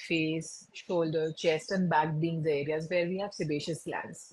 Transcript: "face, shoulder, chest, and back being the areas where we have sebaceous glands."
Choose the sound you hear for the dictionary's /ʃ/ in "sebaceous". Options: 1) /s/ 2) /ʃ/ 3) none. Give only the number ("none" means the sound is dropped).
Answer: 2